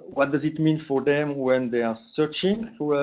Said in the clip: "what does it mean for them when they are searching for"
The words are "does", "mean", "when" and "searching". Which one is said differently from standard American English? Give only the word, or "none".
none